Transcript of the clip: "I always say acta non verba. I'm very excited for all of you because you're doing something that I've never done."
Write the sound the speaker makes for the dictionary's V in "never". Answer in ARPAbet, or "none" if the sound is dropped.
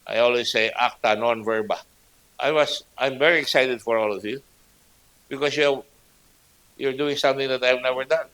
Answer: V